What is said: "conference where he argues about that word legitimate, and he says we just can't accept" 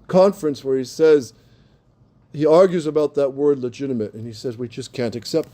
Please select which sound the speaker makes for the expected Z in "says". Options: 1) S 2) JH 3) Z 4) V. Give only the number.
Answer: 3